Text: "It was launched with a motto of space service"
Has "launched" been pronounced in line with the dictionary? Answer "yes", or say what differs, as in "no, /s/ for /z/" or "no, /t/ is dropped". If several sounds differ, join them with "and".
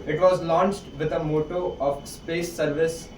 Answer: yes